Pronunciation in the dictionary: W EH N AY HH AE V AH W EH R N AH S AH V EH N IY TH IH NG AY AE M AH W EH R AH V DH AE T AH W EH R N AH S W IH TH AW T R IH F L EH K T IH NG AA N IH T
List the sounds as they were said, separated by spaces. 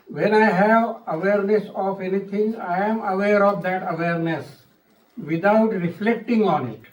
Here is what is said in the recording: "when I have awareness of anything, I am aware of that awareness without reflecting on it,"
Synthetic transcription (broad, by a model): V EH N AY HH AE V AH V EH R N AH S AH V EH N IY T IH NG AY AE M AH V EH R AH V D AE T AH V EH R N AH S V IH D AW T R IH F L EH K T IH NG AA N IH T